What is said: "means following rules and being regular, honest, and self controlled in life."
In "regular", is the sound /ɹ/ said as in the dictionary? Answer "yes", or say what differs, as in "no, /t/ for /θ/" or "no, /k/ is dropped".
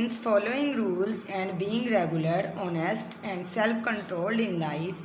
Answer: yes